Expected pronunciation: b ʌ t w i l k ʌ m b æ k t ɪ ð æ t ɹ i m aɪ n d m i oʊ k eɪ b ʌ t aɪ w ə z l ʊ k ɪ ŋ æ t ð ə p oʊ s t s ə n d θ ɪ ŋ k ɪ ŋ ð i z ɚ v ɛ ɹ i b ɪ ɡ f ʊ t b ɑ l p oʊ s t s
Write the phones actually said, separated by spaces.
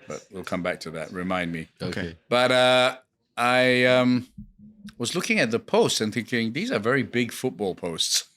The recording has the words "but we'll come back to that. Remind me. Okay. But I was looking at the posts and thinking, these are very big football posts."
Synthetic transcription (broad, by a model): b ʌ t w i l k ʌ m b æ k t ɪ ð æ t ɹ i m aɪ n d m i oʊ k eɪ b ʌ t aɪ w ə z l ʊ k ɪ ŋ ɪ t ð ə p oʊ s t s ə n θ ɪ ŋ k ɪ ŋ ð i z ɚ v ɛ ɹ i b ɪ ɡ f ʊ t b ɑ l p oʊ s t s